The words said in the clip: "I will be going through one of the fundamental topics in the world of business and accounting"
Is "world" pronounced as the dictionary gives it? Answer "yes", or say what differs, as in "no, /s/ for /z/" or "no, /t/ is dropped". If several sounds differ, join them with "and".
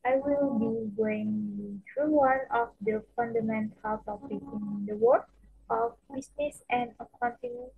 no, /l/ is dropped